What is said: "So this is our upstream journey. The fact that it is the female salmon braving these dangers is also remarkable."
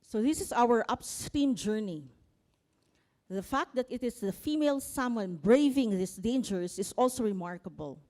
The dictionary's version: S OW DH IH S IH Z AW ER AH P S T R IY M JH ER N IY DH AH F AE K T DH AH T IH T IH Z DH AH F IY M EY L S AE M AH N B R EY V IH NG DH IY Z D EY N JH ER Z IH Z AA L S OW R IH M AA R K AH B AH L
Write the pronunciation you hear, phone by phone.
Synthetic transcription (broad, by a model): S OW DH IH S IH S AW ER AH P S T IY M JH ER N IY DH AH F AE K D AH T IH T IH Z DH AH F IY M EY L S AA M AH N B R EY V IH NG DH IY S D EY N JH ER S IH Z AA L S OW R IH M AA R K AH B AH L